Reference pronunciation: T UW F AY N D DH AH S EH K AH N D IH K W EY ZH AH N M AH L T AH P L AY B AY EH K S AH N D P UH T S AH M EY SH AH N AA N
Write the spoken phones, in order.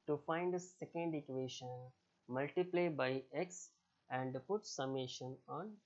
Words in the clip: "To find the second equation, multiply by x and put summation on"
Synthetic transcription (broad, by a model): T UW F AY N D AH S EH K AH N D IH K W EY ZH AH N M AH L T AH P L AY B AY EH K S AH N D P UH T S AH M EY SH AH N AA N